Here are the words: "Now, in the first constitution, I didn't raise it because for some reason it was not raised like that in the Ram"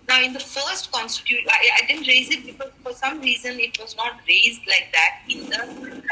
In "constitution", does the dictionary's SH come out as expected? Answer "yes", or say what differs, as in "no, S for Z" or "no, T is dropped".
no, SH is dropped